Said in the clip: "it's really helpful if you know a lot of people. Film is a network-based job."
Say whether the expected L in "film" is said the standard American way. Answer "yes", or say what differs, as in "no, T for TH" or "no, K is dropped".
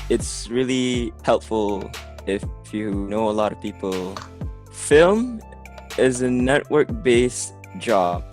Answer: yes